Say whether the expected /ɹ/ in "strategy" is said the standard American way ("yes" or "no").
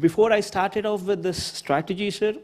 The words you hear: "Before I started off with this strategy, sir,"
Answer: yes